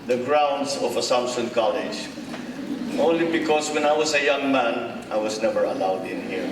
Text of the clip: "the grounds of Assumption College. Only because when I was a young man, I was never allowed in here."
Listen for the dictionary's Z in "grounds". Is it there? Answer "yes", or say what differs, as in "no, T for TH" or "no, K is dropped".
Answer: no, S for Z